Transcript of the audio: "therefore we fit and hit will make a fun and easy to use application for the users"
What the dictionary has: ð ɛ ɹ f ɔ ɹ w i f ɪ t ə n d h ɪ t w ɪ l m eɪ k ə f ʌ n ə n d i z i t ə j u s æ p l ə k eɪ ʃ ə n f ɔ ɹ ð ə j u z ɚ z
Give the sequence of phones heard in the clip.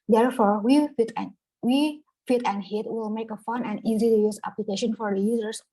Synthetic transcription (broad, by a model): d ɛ ɹ f ɔ ɹ w i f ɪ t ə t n h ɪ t w ɪ l m eɪ k ə f ʌ n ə n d i z i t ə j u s æ p l ə k eɪ ʃ ə n f ɔ ɹ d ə j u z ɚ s